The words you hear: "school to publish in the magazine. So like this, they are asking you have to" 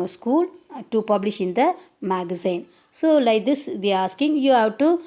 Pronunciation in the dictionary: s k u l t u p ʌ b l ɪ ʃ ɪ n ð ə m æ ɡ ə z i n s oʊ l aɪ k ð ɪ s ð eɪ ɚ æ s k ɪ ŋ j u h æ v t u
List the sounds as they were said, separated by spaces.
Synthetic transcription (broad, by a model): s k u l t u p ʌ b l ɪ ʃ ɪ n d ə m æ ɡ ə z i n s oʊ l aɪ k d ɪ s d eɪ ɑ s k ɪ ŋ j u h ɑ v t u